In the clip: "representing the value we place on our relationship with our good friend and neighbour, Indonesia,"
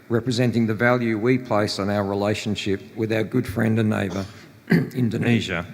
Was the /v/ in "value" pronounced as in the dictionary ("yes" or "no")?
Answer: yes